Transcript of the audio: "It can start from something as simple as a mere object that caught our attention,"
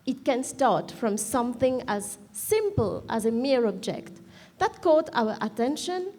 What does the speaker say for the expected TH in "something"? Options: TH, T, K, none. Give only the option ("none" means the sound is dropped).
TH